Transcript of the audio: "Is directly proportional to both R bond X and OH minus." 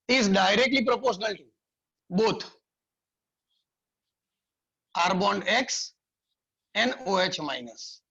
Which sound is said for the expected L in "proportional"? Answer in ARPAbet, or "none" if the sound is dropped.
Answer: L